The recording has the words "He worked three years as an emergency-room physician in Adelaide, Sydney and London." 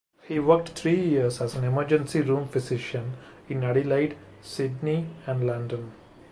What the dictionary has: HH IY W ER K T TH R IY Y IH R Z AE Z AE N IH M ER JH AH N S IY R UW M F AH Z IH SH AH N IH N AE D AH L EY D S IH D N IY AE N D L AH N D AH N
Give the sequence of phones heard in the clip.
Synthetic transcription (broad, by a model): HH IY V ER K T T R IY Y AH R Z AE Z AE N IH M ER JH AH N S IY R UW M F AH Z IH SH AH N IH N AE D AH L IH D S IH D N IY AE N D L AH N D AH N